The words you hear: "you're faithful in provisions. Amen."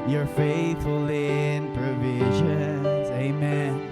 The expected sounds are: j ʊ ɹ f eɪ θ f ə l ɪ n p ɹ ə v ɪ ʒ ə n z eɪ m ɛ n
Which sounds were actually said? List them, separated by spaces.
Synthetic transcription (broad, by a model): j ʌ ɹ f eɪ θ f ə l ɪ n p ɹ ə v ɪ ʒ ə n z eɪ m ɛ n